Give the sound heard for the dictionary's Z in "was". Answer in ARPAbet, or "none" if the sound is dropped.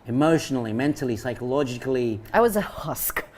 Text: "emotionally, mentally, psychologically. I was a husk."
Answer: Z